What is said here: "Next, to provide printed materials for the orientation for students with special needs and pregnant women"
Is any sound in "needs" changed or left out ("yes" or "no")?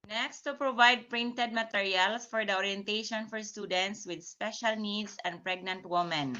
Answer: yes